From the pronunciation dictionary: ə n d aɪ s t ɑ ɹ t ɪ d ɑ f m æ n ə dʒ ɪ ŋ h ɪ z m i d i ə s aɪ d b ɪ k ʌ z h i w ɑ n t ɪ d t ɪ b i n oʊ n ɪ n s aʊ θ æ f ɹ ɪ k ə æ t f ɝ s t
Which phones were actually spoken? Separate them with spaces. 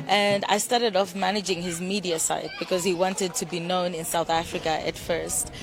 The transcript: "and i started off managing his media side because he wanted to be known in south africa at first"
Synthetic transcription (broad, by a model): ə n d aɪ s t ɑ ɹ t ɪ d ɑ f m æ n ə dʒ ɪ ŋ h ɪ z m i d i ə s aɪ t b ɪ k ʌ z h i w ɑ n t ɪ d t ɪ b i n oʊ n ɪ n s aʊ θ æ f ɹ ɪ k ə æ t f ɝ s t